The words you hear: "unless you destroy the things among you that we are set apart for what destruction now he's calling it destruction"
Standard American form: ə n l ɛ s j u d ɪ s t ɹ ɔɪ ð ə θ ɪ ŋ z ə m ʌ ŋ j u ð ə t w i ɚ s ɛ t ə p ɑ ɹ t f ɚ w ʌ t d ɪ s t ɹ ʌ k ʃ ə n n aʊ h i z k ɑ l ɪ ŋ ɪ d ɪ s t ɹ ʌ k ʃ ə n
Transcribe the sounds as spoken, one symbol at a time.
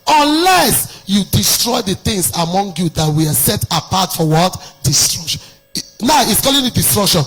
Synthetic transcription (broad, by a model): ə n l ɛ s j u d ɪ s t ɹ ɔɪ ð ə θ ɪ ŋ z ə m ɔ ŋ j u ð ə t w i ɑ s ɛ t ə p ɑ t f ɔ w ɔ t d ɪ s t ɹ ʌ k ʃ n n aʊ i s k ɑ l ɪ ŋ ɪ d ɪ s t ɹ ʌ k ʃ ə n